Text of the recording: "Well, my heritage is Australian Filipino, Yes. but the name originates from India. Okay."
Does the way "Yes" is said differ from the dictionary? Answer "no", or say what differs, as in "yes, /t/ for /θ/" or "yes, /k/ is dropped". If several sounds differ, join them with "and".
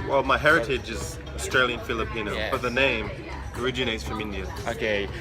yes, /s/ is dropped